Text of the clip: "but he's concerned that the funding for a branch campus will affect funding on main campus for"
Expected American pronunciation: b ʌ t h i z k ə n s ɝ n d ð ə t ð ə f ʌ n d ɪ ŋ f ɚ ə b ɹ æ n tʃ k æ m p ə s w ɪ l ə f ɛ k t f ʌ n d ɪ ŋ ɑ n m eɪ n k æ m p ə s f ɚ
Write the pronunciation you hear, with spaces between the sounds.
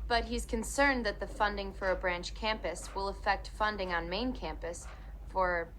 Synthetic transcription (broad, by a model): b ʌ t h i z k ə n s ɝ n ð ə t ð ə f ʌ n d ɪ ŋ f ɚ ə b ɹ æ n tʃ k æ m p ə s w ɪ l ə f ɛ k t f ʌ n d ɪ ŋ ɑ n m eɪ n k æ m p ə s f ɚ